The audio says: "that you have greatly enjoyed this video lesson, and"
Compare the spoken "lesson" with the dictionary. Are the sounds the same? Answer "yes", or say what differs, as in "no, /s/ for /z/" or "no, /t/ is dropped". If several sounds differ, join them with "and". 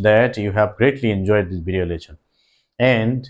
no, /ʃ/ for /s/